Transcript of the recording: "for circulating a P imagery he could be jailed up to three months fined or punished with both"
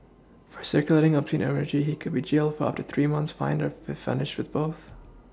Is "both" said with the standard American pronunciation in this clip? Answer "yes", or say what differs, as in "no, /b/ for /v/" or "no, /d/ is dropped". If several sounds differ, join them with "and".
yes